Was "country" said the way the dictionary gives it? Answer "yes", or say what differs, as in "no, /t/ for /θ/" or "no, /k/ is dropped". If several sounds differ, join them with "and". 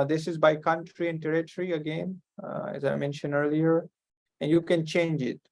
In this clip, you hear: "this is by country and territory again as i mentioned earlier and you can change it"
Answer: yes